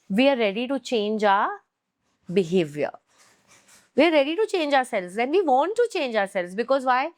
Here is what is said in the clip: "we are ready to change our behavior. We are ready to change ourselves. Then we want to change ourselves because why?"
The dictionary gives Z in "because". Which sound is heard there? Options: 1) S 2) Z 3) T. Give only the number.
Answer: 2